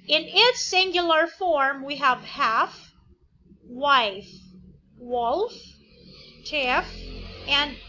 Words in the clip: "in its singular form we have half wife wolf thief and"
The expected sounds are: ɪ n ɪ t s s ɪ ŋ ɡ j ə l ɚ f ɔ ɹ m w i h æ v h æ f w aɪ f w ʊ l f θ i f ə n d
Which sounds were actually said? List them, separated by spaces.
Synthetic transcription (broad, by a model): ɪ n ɪ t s s ɪ ŋ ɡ j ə l ɚ f ɔ ɹ m w i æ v h æ f w aɪ f w ʊ l f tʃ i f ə n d